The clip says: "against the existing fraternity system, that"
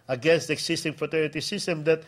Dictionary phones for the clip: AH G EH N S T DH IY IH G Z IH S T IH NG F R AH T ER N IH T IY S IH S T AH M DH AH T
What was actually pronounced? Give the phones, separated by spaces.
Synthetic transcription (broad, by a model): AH G EH N S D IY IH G S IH S T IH NG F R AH T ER N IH T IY S IH S T AH M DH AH T